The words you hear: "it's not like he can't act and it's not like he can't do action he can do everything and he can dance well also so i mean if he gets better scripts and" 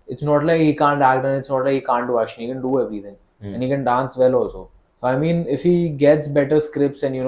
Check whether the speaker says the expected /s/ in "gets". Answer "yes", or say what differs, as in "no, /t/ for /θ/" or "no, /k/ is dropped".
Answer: yes